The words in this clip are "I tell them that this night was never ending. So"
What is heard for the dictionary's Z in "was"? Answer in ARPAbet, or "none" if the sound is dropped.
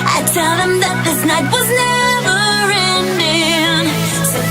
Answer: Z